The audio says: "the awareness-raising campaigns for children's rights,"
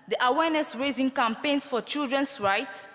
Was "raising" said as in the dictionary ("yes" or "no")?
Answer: yes